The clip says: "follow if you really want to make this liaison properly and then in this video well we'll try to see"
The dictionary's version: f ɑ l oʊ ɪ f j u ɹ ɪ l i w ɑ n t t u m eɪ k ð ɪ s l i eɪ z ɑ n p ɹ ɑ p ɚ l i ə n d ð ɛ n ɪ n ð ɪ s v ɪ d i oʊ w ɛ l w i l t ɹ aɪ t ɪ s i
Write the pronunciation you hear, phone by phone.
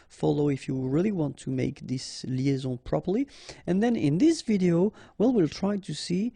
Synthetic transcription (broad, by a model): f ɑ l oʊ ɪ f j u ɹ ɪ l i w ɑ n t t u m eɪ k ð ɪ s l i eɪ z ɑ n p ɹ ɑ p ɚ l i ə n ð ɛ n ɪ n ð ɪ s v ɪ d i oʊ w ɛ l w i l t ɹ aɪ t ɪ s i